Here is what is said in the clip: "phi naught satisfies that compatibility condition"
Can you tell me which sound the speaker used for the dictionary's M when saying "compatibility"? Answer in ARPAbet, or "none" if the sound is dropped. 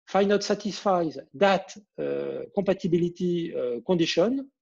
none